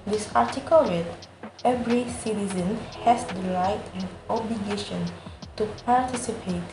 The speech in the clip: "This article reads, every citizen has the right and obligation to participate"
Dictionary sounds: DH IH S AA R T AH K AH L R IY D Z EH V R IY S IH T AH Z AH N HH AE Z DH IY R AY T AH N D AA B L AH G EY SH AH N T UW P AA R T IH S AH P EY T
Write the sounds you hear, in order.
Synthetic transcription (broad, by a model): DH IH S AA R T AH K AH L W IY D EH V R IY S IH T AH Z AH N HH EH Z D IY L AY T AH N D AA B L AH G EY SH AH N T UW P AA R T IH S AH P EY T